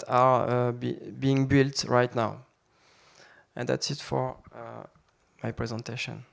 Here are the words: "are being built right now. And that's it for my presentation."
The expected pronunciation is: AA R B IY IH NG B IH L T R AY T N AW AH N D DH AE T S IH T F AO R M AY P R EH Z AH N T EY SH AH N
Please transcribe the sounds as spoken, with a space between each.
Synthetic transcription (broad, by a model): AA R B IY IH NG B IH L T R AY T N AW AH N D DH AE T S IH T F AO R M AY P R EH Z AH N T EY SH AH N